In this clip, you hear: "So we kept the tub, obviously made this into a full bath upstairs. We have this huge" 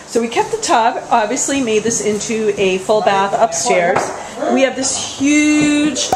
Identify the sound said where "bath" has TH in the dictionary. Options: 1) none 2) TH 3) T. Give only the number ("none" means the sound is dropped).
2